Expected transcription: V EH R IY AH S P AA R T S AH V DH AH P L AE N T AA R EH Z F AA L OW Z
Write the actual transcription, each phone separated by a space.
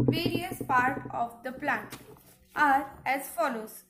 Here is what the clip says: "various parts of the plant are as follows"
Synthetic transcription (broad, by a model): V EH R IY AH S P AA R T AH V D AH P L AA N T AA R EH Z F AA L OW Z